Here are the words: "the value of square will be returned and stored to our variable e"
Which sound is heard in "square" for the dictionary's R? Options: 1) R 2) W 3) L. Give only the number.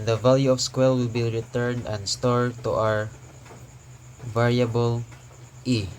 3